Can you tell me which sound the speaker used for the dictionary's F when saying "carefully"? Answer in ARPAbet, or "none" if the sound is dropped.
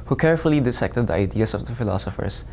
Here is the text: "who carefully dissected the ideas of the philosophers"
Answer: F